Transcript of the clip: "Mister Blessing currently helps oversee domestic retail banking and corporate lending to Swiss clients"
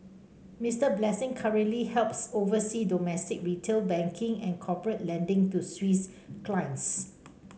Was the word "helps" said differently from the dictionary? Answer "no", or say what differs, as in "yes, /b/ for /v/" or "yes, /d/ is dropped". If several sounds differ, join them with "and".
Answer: no